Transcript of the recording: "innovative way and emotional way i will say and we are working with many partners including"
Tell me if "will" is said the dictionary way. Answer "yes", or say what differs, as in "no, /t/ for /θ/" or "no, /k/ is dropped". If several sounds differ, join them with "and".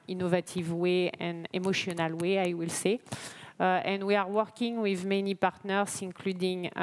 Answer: yes